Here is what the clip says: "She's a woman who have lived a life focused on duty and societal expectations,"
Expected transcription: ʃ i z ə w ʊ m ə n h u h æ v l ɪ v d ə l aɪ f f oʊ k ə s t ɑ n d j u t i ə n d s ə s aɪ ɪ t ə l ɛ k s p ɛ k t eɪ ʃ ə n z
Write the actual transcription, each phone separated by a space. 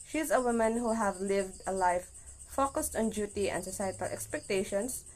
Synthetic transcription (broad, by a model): ʃ i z ə w ʊ m ə n h u h æ v l ɪ v d ə l aɪ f f oʊ k ə s t ɑ n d j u t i ə n d s ə s aɪ ɪ t ə l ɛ k s p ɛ k t eɪ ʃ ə n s